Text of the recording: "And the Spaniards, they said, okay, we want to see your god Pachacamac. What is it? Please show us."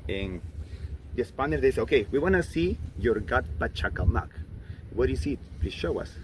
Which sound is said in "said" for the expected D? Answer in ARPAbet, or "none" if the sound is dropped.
none